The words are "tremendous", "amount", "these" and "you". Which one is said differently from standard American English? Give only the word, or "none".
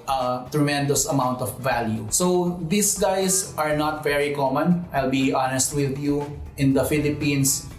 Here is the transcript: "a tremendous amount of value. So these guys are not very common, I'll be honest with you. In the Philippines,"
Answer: these